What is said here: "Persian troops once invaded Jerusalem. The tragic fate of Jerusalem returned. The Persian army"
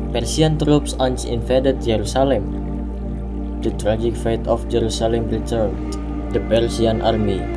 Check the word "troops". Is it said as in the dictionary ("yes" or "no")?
yes